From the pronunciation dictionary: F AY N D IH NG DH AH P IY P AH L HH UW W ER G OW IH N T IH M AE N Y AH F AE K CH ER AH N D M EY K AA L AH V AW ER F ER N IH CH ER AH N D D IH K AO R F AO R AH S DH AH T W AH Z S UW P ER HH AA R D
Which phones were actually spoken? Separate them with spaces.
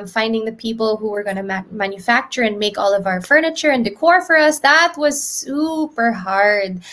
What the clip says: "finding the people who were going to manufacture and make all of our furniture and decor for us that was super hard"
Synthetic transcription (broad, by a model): F AY N D IH NG DH AH P IY P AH L HH UW W ER G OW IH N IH M AE N Y AH F AE K CH ER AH N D M EY K AA L AH V AW ER F ER N IH CH ER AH N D D IH K AO R F AO R AH S DH AH T W AH Z S UW P ER HH AA R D